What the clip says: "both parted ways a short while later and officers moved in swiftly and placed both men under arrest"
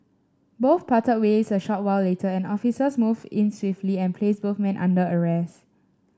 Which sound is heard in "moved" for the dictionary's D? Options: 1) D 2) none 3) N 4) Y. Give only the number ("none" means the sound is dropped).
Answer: 2